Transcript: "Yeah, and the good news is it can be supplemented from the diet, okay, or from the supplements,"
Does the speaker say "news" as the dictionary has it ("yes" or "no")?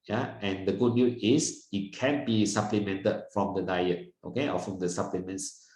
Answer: no